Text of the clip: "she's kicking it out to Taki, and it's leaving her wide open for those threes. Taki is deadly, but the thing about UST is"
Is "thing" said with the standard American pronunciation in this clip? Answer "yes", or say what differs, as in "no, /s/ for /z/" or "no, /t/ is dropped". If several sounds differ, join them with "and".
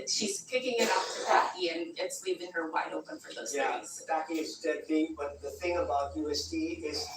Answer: yes